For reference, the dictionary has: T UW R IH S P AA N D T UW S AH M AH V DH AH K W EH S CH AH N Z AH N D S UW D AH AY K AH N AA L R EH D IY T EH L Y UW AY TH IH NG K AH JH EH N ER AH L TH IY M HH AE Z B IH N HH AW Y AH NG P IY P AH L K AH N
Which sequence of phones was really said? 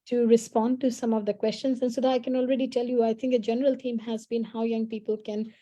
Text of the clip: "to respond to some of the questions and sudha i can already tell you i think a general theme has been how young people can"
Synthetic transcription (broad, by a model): T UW R IH S P AA N D T UW S AH M AH V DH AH K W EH S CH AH N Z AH N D S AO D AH AY K AH N AA L R EH D IY T EH L Y UW AY T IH NG K AH JH EH N ER AH L T IY M HH AE Z B IH N HH AW Y AH NG P IY P AH L K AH N